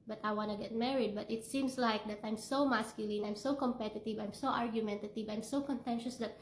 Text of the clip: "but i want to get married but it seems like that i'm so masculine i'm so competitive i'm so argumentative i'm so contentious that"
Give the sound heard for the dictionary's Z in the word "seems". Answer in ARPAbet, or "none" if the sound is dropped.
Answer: S